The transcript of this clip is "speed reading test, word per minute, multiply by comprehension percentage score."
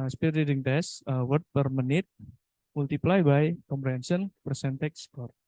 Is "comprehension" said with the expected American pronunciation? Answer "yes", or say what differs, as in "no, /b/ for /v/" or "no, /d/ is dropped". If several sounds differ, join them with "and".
no, /s/ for /ʃ/